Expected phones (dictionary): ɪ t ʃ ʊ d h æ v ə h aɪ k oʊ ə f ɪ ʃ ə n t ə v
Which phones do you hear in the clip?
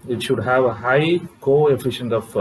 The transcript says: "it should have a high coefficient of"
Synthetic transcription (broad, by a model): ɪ t ʃ ʊ d h æ v ə h aɪ k oʊ ə f ɪ ʃ ə n t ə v